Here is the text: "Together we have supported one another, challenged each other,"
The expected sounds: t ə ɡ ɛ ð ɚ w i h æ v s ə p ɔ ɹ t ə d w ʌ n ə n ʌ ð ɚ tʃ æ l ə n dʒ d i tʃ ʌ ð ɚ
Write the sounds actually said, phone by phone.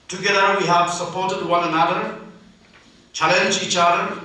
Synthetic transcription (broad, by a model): t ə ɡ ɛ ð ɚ w i h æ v s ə p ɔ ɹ t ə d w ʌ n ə n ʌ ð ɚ tʃ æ l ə n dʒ i tʃ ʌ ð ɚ